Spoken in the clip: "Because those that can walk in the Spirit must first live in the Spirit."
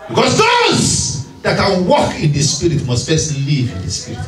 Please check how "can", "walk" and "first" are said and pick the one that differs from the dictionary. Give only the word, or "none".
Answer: first